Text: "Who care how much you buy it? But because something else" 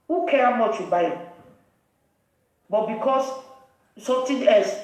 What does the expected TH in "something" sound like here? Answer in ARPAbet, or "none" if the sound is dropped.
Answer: T